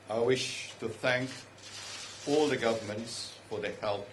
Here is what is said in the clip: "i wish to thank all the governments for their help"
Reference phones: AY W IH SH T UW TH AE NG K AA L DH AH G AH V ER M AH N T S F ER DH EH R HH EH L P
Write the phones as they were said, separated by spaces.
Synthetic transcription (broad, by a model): AY W IH SH T UW TH AE NG K AA L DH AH G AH V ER M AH N T S F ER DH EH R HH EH L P